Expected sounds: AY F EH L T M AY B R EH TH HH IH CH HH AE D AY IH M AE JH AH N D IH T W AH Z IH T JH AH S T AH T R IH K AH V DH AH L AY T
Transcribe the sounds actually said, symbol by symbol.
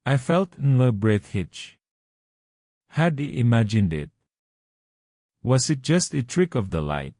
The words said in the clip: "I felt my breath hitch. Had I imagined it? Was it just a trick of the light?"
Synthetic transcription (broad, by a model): AY F EH L T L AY B R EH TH HH IH CH HH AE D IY IH M AE JH AH N D IH T W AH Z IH T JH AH S T AH T R IH K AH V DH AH L AY T